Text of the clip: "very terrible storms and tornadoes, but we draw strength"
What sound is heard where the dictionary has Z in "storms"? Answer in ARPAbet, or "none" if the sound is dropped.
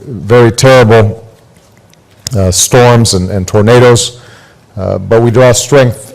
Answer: Z